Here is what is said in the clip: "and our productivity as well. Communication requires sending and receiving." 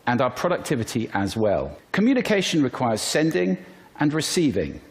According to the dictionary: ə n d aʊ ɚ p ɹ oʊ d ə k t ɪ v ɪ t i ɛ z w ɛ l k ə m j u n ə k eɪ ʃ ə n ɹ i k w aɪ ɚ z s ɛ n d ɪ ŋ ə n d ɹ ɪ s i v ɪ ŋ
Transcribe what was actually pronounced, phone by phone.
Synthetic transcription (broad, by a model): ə n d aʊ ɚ p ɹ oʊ d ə k t ɪ v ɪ t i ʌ z w ɛ l k ə m j u n ə k eɪ ʃ ə n ɹ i k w aɪ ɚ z s ɛ n d ɪ ŋ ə n ɹ ɪ s i v ɪ ŋ